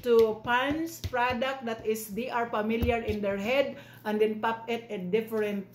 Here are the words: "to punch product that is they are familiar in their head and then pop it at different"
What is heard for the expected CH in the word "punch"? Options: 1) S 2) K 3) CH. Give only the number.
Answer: 1